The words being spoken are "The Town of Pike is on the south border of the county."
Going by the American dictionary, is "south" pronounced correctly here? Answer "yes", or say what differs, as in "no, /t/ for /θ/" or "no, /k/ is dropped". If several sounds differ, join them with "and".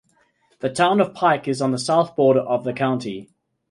yes